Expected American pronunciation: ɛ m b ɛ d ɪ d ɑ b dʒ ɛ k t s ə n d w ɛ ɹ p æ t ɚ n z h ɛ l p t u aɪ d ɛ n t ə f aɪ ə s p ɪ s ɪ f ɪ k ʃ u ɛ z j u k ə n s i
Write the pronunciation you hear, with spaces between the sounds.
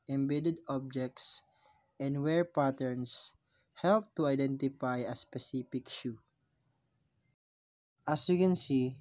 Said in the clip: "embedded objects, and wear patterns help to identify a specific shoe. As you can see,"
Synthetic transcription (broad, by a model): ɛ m b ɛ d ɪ d ɑ b dʒ ɛ k t s ə n d w ɛ ɹ p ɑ t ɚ n s h ɛ l p t u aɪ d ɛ n t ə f aɪ ə s p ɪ s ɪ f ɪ k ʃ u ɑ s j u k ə n s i